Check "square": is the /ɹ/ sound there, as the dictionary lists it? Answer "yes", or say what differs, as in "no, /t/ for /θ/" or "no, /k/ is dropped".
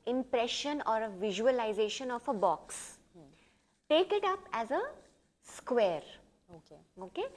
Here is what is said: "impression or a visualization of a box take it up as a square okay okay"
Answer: yes